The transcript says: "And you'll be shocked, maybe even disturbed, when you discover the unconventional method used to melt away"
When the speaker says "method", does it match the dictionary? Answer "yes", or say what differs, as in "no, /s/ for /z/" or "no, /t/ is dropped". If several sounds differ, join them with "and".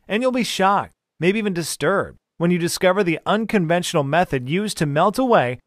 yes